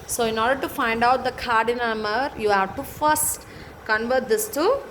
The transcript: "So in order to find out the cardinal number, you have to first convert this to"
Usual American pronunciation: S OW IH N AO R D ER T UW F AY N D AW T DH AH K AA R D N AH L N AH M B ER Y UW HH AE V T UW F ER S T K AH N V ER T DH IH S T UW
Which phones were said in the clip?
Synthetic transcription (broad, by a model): S OW IH N AO R D ER T UW F AY N D AW T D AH K AA R D AH N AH M ER Y UW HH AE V T UW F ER S T K AH N V ER T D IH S T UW